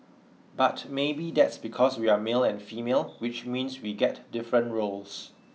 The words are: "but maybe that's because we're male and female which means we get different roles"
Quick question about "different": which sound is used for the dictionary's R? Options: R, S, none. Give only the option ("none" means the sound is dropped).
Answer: R